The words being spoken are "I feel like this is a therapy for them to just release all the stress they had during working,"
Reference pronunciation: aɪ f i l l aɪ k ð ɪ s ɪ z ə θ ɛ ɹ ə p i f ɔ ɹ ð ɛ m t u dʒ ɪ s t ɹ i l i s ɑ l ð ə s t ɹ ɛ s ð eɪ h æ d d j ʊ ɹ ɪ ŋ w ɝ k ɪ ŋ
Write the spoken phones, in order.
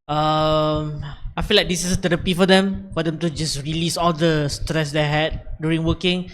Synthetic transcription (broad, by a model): aɪ f i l l aɪ k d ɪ s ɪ s ə t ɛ ɹ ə p i f ɔ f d ɛ m t u dʒ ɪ s ɹ i l i s ɑ l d ə s t ɹ ɛ s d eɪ h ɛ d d j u ɹ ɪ ŋ w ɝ k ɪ ŋ